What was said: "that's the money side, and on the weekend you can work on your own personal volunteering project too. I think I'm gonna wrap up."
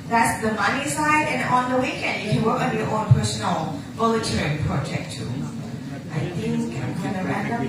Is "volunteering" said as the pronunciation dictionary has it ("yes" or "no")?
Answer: no